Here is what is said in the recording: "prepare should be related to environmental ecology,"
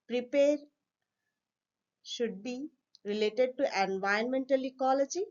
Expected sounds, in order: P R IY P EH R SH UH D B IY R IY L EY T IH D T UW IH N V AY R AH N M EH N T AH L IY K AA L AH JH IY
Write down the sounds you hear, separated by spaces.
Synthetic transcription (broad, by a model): P R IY P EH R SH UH D B IY R IY L EY T IH D T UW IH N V AY AH N M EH N T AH L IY K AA L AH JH IY